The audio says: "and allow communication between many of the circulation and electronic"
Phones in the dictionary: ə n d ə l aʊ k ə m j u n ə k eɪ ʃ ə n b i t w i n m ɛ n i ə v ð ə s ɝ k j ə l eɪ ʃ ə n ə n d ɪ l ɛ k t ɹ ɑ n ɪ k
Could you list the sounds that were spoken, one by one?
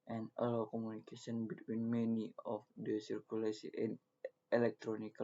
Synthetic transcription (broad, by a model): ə n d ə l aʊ k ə m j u n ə k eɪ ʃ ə n b i t w i n m ɛ n i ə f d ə s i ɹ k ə l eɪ s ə ə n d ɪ l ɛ k t ɹ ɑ n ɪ k